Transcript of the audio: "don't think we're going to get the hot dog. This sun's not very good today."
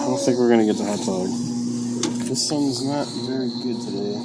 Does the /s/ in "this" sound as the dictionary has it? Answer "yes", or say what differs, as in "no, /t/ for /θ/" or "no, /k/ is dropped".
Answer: yes